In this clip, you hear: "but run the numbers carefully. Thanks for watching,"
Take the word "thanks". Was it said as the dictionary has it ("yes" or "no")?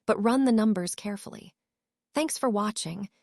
yes